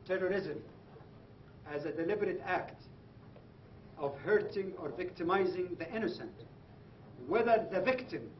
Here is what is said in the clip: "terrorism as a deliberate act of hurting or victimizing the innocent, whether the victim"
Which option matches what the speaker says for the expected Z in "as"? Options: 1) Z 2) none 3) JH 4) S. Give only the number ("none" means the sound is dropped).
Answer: 1